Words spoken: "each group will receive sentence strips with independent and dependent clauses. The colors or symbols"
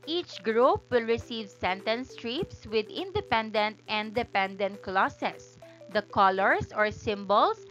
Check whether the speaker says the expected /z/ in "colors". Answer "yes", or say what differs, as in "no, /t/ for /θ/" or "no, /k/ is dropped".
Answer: no, /s/ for /z/